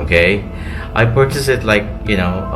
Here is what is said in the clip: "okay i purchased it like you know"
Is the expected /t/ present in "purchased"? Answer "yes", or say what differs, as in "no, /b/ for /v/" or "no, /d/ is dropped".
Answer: no, /t/ is dropped